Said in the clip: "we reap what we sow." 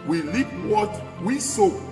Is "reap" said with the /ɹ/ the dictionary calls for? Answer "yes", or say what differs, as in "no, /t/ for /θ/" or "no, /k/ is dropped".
no, /l/ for /ɹ/